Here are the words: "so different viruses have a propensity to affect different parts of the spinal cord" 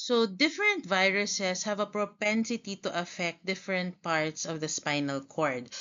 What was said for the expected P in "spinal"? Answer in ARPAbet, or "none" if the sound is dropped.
P